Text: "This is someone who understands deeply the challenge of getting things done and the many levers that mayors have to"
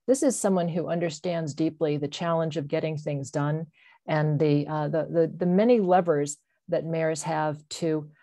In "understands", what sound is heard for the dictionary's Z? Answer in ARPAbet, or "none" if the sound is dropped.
Z